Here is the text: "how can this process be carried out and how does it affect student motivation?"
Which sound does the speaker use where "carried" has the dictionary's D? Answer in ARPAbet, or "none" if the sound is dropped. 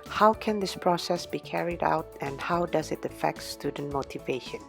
D